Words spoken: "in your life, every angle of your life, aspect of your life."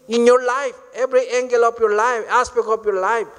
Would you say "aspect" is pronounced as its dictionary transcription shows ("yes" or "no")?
no